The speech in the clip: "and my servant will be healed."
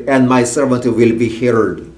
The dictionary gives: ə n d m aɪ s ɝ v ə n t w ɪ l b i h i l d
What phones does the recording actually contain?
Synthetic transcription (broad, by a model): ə n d m aɪ s ɝ v ə n t w ɪ l b i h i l d